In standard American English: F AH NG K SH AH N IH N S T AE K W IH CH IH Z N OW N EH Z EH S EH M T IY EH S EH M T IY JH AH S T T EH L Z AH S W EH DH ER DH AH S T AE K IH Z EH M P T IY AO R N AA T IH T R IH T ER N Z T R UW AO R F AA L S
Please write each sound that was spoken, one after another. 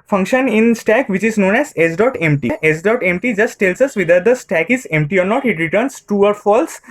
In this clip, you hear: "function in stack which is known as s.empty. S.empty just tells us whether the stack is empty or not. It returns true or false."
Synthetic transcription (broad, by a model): F AH NG K SH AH N IH N S T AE K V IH CH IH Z N OW N EH Z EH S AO M T IY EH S EH M T IY JH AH S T T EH L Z AH S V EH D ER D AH S T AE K IH Z EH M P T IY AO R N AA T IH T R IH T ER N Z T UW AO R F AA L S